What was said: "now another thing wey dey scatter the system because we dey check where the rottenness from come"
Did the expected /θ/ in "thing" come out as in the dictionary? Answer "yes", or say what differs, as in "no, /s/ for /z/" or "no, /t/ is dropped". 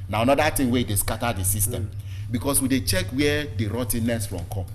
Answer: no, /t/ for /θ/